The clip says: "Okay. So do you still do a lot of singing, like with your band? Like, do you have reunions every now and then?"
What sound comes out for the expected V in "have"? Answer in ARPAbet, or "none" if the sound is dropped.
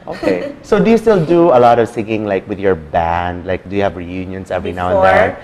V